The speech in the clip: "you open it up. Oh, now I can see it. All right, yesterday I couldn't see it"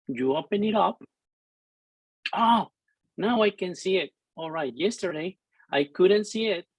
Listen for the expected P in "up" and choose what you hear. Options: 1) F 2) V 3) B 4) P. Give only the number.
4